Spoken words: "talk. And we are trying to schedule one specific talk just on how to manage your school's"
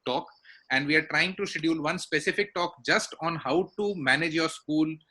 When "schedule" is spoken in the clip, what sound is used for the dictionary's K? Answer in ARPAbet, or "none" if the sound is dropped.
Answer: none